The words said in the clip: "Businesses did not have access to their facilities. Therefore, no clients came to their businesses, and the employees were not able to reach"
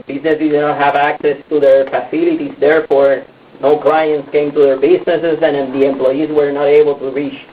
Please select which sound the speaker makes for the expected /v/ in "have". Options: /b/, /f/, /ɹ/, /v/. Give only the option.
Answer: /v/